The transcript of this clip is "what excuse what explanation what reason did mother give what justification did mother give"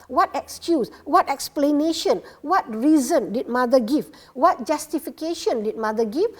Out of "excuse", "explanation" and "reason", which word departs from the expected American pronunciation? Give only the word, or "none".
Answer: none